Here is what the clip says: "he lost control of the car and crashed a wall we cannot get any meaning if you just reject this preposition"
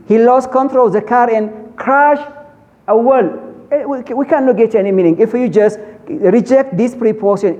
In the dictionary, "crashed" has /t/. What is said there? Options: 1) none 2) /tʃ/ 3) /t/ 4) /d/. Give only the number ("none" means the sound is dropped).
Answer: 1